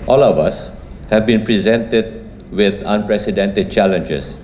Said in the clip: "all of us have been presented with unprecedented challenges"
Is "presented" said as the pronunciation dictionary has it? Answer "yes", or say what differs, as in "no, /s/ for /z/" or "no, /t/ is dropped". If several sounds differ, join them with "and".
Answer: yes